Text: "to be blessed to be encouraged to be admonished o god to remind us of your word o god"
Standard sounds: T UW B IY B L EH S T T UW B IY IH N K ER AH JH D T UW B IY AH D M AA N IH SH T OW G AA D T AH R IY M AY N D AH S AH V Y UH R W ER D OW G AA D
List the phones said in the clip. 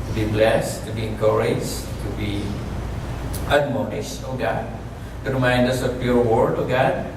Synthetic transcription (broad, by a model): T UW B IY B L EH S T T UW B IY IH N K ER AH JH T UW B IY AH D M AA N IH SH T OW G AA D T AH R IY M AY N D AH S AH P Y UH R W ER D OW G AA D